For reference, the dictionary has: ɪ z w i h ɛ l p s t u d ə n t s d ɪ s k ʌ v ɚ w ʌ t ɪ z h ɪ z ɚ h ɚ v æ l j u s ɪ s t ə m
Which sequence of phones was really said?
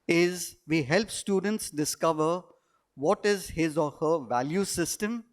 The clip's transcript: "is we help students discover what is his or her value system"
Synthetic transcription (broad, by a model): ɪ z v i h ɛ l p s t u d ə n t s d ɪ s k ʌ v ɚ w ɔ t ɪ z h ɪ z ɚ h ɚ v æ l j u s ɪ s t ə m